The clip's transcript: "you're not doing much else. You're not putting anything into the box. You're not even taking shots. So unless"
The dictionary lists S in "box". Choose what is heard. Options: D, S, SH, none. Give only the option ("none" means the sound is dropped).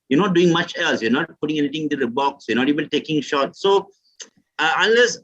S